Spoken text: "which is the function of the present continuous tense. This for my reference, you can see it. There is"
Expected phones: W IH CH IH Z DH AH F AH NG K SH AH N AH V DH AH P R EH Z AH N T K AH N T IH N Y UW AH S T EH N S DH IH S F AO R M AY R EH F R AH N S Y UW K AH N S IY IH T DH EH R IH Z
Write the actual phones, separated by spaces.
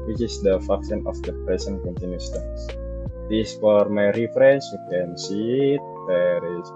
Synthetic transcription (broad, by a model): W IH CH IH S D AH F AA K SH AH N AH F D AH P R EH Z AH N K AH N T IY N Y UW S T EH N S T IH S F AO R M AY R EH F R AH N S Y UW K AH N S IY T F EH R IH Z